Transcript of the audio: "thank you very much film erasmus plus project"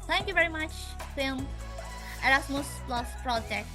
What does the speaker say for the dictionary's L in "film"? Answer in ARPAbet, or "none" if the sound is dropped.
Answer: none